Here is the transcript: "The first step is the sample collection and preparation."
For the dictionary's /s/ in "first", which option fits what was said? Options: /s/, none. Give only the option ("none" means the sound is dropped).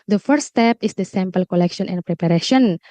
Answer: none